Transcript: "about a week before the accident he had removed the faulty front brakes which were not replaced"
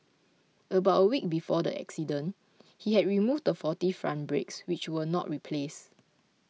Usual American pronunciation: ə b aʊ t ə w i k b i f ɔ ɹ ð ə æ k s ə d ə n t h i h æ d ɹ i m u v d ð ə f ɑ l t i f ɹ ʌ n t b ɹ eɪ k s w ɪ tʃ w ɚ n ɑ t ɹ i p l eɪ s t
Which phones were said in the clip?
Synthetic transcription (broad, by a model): ə b aʊ t ə w i k b i f ɔ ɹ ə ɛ k s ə d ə n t h i h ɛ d ɹ i m u v d ə f ɑ t i f ɹ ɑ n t b ɹ eɪ k s w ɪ tʃ w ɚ n ɑ t ɹ i p l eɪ s